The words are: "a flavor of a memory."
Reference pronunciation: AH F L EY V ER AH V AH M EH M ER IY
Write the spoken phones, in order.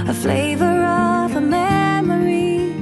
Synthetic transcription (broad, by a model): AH F L EY V ER AH V AH M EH M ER IY